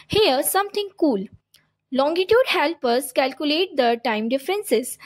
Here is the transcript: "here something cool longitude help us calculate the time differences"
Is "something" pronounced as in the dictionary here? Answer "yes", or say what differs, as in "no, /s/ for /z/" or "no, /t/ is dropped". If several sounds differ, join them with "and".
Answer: no, /t/ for /θ/